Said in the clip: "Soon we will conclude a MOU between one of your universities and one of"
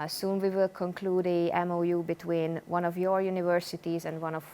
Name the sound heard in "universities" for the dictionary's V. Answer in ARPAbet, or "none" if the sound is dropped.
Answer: V